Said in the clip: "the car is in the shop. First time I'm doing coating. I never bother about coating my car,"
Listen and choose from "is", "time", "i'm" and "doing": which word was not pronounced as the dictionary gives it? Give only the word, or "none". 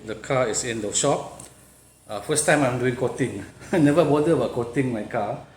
is